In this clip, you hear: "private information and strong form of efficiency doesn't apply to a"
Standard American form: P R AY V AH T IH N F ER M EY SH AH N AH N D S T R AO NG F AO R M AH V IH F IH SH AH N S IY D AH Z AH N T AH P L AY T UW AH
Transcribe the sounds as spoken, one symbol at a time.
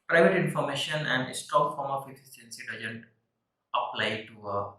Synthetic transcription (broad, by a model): P R AY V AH T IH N F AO M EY SH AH N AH N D S T AO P F AO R M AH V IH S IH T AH N S IY D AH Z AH N T AH P L AY T UW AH